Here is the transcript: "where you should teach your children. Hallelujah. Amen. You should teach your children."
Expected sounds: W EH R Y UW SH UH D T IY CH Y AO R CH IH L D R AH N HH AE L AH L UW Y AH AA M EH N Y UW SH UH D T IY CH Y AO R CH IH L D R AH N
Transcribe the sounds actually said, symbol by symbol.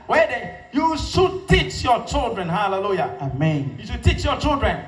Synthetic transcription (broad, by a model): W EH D Y UW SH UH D T IY CH Y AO CH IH L D R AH N HH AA L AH L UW Y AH AA M EH N Y UW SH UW T IY CH Y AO CH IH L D R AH N